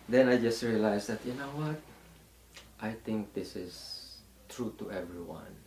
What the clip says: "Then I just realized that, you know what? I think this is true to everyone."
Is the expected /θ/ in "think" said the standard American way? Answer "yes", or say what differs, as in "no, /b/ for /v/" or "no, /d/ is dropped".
no, /t/ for /θ/